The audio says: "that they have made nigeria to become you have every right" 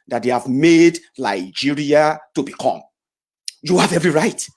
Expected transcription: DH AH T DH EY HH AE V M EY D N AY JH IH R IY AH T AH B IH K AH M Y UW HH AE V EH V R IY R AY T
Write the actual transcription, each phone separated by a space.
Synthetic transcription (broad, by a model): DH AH T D EY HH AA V M EY D L AY JH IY R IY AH T AH B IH K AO M Y UW HH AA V EH V R IY R AY T